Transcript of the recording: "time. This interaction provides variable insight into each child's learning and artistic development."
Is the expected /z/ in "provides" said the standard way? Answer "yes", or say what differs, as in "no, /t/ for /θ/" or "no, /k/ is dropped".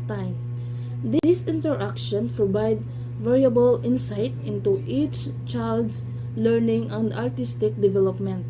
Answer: no, /z/ is dropped